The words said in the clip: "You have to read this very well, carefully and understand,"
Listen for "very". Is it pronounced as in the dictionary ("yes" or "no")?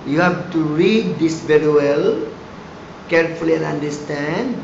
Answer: yes